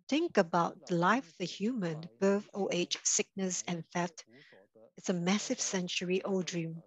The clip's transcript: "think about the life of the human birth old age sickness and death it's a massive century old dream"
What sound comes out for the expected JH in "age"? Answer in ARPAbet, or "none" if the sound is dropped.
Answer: CH